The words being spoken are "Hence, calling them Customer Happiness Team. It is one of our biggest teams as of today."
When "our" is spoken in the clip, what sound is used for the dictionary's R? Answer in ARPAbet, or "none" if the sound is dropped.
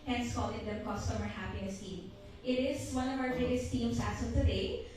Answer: W